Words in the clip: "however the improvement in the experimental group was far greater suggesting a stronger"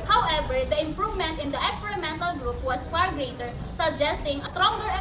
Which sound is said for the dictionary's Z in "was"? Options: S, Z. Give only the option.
S